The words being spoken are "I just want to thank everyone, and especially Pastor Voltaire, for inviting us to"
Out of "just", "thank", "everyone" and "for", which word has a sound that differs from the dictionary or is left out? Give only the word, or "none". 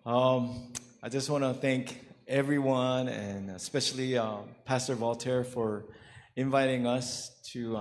none